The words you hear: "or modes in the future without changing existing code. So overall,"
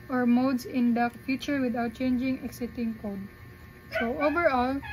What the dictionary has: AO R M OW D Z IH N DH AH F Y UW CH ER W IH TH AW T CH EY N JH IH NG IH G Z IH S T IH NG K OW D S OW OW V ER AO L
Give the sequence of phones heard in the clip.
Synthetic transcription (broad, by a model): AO R M OW D S IH N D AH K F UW CH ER W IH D AW T CH EY N JH IH NG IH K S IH T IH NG K OW D S OW OW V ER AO L